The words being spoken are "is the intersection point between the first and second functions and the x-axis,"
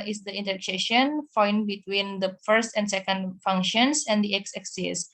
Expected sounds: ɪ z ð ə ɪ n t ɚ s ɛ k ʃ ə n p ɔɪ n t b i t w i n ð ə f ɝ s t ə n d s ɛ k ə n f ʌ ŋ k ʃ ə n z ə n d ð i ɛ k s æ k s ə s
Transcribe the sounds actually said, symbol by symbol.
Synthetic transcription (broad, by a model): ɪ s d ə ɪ n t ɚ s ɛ ʃ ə n f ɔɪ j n b i t w i n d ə f ɝ s t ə n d s ɛ k ə n f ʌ ŋ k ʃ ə n s ə n d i ɛ k s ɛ k s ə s